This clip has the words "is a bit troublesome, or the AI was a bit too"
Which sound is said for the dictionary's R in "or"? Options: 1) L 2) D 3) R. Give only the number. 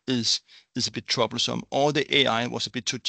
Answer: 1